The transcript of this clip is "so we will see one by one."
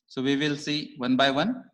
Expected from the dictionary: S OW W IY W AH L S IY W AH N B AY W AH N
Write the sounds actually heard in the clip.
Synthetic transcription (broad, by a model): S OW W IY W AH L S IY W AH N B AY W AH N